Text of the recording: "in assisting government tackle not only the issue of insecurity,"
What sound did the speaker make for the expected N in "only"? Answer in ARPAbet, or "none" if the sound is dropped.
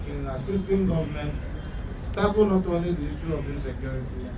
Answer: none